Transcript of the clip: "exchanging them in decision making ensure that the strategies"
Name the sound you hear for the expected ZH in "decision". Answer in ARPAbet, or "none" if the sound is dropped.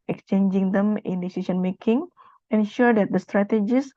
S